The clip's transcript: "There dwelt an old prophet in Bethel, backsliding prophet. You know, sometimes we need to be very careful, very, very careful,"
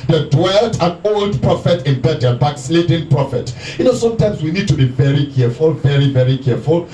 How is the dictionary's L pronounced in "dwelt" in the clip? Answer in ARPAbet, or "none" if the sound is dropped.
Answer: L